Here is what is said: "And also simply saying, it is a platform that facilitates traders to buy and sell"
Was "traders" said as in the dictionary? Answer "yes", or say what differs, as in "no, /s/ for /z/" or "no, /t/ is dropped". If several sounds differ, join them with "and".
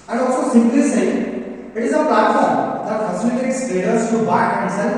no, /ɹ/ is dropped